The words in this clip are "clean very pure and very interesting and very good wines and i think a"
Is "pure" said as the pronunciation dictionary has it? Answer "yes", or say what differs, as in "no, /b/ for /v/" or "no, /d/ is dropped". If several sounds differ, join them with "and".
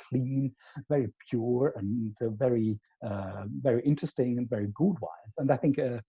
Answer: yes